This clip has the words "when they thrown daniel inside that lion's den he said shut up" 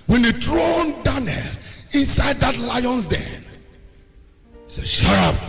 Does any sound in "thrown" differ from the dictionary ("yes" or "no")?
yes